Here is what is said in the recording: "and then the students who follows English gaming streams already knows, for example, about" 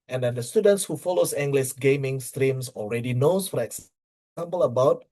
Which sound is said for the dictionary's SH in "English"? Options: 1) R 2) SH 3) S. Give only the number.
3